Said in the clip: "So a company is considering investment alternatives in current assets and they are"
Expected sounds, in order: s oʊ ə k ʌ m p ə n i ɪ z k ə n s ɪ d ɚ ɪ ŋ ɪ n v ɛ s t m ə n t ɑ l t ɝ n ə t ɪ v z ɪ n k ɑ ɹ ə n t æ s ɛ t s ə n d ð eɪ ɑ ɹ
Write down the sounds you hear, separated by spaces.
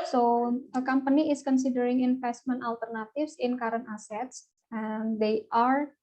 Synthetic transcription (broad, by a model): s oʊ ə k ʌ m p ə n i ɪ s k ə n s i d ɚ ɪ ŋ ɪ n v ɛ s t m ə n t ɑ l t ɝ n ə t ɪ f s ɪ n k ɑ ɹ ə n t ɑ s ɛ t s ə n d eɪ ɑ ɹ